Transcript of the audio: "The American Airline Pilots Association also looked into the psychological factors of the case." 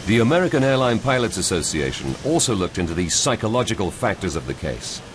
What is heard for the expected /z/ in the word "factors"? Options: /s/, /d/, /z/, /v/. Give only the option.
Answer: /z/